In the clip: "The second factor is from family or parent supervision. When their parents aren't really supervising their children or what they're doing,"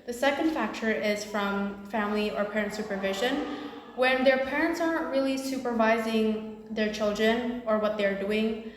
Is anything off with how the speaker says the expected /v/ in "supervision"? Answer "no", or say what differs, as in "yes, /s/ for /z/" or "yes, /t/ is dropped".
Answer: no